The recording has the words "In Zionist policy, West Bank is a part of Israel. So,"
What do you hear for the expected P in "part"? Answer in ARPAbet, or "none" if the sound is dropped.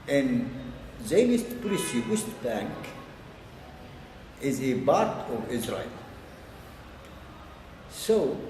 B